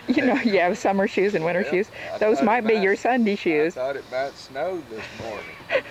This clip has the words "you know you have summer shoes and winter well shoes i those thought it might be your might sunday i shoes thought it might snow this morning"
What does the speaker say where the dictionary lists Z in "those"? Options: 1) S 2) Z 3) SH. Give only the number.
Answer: 2